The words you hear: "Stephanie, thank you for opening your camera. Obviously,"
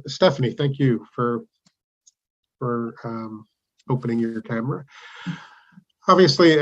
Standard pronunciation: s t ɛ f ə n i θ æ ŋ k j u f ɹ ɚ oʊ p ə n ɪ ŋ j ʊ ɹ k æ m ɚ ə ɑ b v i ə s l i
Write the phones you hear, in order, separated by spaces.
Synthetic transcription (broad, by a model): s t ɛ f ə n i θ æ ŋ k j u f ɹ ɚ oʊ p ə n ɪ ŋ j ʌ ɹ k æ m ɚ ə ɑ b v i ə s l i